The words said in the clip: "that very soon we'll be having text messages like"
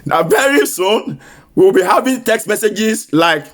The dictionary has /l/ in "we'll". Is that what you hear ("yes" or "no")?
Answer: no